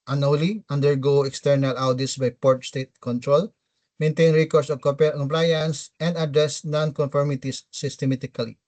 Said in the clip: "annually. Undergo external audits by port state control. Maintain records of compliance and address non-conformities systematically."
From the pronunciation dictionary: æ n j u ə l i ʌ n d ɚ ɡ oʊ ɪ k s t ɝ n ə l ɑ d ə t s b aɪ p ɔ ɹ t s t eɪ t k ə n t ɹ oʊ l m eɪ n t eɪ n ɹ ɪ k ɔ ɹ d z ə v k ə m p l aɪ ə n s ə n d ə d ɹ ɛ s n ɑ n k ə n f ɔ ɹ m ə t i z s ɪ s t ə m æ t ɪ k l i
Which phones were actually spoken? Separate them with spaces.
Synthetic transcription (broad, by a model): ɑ n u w l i ʌ n d ɚ ɡ oʊ ɪ k s t ɝ n ə l ɑ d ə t s b aɪ p ɔ ɹ t s t eɪ t k ə n t ɹ oʊ l m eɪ n t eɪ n ɹ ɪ k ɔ ɹ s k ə p k ə m p l aɪ ə n s ə n d ə d ɹ ɛ s n ɑ n k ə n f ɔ ɹ m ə t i s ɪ s t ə m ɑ t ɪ k l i